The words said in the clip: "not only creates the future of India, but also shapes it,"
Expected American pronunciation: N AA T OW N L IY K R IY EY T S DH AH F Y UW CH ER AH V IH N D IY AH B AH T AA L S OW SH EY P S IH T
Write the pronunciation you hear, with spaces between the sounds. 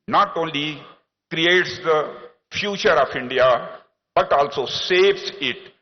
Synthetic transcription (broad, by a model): N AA T OW N L IY K R IY EY T S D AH F Y UW CH ER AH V IH N D IY AH B AH T AA L S OW S EY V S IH T